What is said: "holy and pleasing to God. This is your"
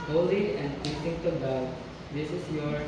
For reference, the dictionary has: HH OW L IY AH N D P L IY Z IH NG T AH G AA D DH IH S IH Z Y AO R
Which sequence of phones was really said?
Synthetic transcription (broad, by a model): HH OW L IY AH N D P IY S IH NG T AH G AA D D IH S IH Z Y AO R